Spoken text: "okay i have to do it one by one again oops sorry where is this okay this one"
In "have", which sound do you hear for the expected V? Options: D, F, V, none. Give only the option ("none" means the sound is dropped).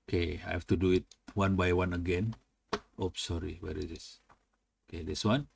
F